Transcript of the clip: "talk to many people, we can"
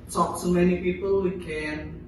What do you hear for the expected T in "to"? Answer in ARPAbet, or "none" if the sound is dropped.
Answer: S